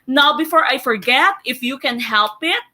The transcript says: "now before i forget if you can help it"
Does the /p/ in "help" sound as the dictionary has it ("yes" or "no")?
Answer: yes